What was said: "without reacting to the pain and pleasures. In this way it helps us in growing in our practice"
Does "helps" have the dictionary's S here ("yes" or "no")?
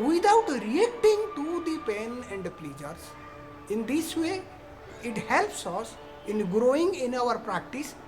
yes